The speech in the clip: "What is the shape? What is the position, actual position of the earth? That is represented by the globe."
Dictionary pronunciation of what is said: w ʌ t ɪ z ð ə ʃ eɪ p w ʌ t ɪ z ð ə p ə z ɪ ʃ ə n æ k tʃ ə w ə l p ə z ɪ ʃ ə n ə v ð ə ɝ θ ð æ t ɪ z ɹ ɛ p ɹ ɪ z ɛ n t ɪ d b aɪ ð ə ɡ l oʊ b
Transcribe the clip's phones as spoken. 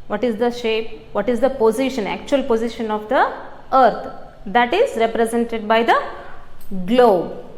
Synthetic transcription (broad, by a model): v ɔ t ɪ z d ə ʃ eɪ p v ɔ t ɪ z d ə p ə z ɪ ʃ ə n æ k tʃ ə ə l p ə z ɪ ʃ ə n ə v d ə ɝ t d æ t ɪ z ɹ ɛ p ɹ ɪ z ɛ n t ɪ d b aɪ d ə ɡ l oʊ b